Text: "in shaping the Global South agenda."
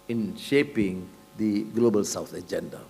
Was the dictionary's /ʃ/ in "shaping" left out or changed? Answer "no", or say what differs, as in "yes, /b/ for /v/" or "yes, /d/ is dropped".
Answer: no